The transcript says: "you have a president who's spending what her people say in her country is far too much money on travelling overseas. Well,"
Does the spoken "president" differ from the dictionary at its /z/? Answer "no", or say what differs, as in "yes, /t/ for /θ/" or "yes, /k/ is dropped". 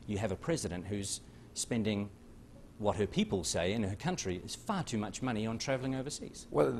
no